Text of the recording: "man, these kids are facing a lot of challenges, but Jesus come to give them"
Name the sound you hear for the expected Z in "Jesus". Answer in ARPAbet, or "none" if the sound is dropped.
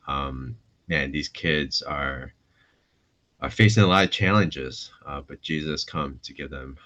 Z